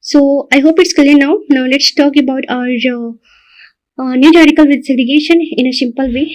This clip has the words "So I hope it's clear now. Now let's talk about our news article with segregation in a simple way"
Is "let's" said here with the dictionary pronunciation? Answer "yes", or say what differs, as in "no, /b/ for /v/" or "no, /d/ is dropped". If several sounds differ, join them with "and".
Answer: yes